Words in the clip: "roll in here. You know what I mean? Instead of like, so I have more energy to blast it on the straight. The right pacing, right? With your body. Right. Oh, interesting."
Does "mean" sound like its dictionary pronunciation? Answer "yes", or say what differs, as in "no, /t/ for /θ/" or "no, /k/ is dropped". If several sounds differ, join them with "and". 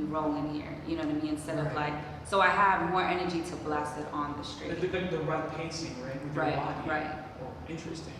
no, /n/ is dropped